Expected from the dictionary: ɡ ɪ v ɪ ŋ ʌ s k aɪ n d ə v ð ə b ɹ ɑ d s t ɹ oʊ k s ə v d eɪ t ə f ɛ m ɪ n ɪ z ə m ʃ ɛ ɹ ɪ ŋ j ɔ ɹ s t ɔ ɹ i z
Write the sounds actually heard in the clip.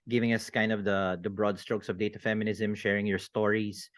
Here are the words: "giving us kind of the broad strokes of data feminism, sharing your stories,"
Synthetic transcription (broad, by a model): ɡ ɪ v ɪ ŋ ʌ s k aɪ n d ə v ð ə b ɹ ɑ d s t ɹ oʊ k s ə v d eɪ t ə f ɛ m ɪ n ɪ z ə m ʃ ɛ ɹ ɪ ŋ j ɔ ɹ s t ɔ ɹ i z